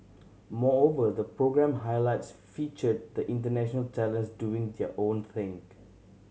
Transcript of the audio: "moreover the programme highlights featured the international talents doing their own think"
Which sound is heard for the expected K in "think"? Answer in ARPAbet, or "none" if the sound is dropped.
none